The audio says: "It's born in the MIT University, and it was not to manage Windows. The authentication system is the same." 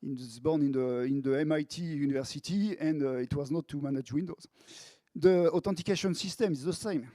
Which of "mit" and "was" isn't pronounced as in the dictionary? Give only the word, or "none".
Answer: none